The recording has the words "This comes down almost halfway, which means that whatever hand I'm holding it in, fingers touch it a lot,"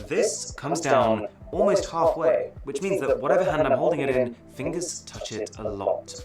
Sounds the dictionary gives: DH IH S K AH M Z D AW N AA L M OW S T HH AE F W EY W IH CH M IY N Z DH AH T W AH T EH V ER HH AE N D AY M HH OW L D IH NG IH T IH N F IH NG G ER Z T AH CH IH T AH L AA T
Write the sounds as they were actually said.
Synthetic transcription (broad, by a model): DH IH S K AH M Z D AW N AA L M OW S T HH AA F W EY W IH CH M IY N Z DH AH T W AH T EH V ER HH AE N D AY M HH OW L D IH NG IH T IH N F IH NG G ER Z T AH CH IH T AH L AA T